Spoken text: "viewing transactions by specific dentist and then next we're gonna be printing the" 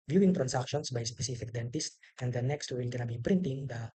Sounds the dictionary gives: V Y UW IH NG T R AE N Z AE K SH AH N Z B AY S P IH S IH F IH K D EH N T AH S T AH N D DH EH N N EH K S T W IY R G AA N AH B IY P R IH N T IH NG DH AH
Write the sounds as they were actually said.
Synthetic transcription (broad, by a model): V Y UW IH NG T R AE N S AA K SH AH N S B AY S P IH S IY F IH K D EH N T AH S T AH N D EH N N EH K S T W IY W G AA N AH B IY P R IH N T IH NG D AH